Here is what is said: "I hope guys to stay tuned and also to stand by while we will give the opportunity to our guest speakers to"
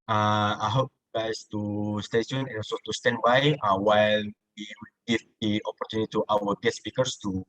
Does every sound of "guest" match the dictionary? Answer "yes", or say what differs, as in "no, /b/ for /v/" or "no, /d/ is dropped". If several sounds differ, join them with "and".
no, /s/ is dropped